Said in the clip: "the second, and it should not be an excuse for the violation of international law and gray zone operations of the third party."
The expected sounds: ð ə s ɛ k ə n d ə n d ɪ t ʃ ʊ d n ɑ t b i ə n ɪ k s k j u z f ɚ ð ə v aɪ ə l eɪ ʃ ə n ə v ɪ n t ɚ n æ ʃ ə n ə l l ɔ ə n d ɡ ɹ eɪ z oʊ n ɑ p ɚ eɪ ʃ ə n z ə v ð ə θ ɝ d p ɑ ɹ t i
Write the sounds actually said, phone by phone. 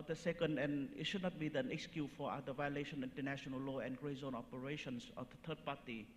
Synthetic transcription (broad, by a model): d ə s ɛ k ə n d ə n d ɪ t ʃ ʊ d n ɑ t b i ə n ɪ k s k j u f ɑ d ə v aɪ ə l eɪ ʃ ə n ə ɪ n t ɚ n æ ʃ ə n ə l l ɔ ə n ɡ ɹ eɪ z oʊ n ɑ p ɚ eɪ ʃ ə n s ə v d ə t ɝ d p ɑ t i